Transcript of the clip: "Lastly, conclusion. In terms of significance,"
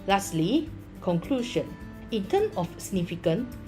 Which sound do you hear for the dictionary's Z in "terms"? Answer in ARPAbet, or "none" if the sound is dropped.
none